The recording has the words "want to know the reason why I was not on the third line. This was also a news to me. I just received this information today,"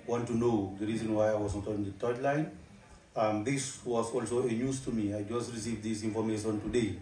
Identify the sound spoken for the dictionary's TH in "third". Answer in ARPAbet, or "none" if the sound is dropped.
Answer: T